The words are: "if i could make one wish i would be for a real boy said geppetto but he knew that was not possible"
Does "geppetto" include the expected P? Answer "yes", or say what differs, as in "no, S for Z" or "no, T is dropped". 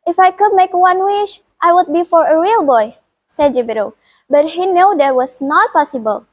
no, B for P